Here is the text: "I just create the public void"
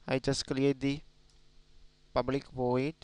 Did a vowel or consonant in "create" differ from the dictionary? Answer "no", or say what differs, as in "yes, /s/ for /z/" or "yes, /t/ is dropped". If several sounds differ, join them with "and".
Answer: yes, /l/ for /ɹ/